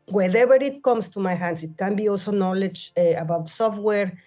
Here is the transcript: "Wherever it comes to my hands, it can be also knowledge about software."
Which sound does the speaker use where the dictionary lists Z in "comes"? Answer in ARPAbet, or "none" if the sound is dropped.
S